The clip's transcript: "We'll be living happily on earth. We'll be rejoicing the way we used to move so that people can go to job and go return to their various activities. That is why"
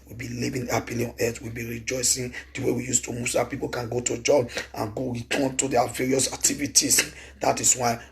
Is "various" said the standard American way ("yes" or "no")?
yes